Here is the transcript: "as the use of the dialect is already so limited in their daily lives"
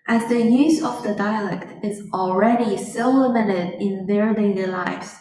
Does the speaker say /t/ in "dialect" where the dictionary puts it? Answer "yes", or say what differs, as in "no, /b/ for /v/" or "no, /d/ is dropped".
yes